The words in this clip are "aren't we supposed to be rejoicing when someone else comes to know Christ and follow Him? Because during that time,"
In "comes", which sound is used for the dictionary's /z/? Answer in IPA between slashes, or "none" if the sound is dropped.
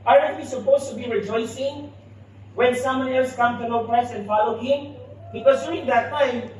none